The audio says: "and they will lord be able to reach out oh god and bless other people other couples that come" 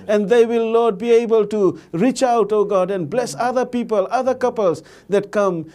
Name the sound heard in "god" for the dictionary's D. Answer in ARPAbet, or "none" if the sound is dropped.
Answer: D